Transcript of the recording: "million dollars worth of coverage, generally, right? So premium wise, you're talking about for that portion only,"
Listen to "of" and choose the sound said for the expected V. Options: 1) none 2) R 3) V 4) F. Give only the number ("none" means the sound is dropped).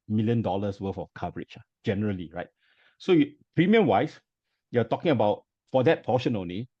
4